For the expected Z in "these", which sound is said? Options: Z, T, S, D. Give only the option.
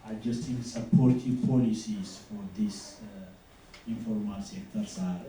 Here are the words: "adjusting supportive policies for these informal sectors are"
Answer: S